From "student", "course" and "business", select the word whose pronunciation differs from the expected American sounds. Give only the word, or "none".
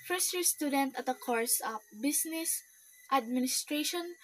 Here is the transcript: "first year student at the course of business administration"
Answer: business